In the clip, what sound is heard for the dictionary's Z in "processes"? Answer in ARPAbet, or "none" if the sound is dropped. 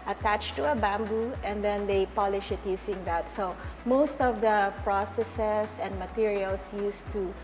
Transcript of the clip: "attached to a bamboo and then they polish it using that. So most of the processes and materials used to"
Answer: S